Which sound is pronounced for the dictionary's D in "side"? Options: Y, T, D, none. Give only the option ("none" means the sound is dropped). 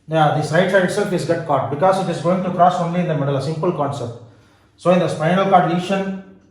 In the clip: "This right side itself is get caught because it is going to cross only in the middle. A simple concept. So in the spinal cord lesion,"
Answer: none